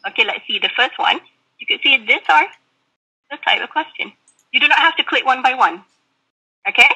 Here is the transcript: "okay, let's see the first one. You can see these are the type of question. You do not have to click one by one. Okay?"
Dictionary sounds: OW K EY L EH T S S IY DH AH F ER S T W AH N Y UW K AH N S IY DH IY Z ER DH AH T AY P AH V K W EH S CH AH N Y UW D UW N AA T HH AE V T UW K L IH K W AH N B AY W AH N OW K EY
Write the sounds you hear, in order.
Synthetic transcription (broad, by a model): OW K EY L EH T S S IY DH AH F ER S T W AH N Y UW K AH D S IY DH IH S ER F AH T AY P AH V K W EH S CH AH N Y UW D UW N AA T HH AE F T UW K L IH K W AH N B AY W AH N OW K EY